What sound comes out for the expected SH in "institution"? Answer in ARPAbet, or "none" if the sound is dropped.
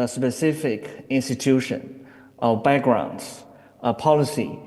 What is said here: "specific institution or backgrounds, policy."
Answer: SH